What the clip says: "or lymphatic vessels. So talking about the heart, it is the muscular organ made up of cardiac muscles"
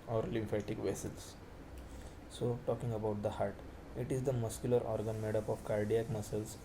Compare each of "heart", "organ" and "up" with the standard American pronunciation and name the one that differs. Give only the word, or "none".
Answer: none